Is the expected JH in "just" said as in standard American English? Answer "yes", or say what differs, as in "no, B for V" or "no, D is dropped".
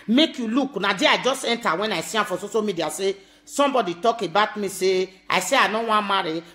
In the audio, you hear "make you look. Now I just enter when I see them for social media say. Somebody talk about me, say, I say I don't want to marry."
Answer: yes